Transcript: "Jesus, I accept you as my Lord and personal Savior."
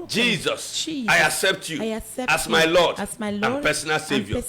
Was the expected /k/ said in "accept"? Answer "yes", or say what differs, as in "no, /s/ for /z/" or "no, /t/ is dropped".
yes